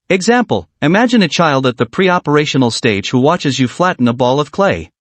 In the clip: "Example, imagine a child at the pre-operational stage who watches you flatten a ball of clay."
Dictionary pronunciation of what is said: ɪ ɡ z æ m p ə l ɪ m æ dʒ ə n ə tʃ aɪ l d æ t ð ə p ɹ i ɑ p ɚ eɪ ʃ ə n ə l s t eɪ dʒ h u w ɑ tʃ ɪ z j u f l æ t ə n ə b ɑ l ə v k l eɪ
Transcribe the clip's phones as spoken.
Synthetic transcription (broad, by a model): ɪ ɡ z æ m p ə l ɪ m æ dʒ ə n ə tʃ aɪ l d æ t ð ə p ɹ i ɑ p ɚ eɪ ʃ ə n l s t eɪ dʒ h u w ɑ tʃ ɪ z j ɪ f l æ t n ə b ɑ l ə v k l eɪ